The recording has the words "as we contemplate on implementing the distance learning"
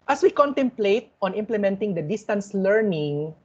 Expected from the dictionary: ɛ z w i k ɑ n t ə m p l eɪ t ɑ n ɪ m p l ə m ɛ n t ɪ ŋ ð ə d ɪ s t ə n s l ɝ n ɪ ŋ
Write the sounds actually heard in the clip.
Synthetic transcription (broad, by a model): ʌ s w i k ɑ n t ə m p l eɪ t ɑ n ɪ m p l ə m ɛ n t ɪ ŋ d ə d ɪ s t ə n s l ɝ n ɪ ŋ